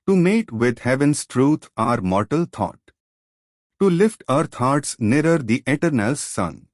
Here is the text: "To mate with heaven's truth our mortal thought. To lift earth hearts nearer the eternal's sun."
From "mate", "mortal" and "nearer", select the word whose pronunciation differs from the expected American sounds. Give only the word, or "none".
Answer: none